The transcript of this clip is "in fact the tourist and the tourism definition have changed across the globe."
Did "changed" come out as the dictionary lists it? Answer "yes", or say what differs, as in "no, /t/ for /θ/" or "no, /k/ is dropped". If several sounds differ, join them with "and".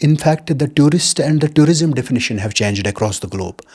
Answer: yes